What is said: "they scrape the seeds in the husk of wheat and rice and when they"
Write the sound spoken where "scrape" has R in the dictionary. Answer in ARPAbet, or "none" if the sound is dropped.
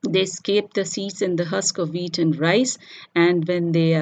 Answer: none